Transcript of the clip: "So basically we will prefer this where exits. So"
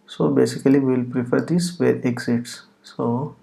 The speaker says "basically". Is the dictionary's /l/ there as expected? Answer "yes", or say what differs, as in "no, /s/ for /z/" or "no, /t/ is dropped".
no, /l/ is dropped